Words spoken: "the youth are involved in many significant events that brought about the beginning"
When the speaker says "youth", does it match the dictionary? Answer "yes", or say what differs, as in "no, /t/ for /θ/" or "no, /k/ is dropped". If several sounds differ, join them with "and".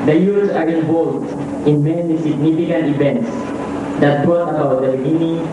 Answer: no, /s/ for /θ/